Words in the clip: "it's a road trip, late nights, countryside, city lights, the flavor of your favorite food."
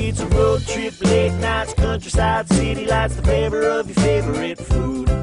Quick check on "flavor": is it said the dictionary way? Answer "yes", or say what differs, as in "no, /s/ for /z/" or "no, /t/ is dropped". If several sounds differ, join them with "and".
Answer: no, /l/ is dropped